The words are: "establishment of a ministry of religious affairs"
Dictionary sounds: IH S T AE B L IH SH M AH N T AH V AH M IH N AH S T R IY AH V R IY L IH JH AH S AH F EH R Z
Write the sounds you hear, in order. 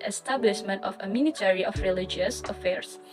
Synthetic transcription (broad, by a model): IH S T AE B L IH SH M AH N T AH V AH M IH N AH T R IY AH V R IY L IH JH AH S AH F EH R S